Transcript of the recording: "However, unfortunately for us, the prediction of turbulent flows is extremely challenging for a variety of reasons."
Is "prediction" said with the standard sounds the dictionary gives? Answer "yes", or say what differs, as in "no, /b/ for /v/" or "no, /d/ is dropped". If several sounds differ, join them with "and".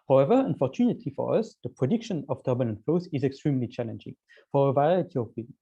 yes